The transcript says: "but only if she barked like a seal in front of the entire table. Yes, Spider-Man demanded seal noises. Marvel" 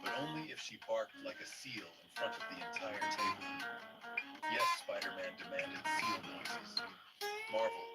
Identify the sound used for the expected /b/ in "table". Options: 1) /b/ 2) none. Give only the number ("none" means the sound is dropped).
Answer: 2